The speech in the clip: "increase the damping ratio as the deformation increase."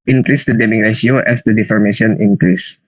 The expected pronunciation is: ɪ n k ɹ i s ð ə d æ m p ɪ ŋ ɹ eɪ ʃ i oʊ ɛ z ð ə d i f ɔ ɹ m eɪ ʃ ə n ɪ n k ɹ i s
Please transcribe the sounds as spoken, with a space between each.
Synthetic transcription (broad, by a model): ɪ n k ɹ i s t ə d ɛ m ɪ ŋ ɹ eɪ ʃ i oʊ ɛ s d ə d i f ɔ ɹ m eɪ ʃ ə n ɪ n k ɹ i s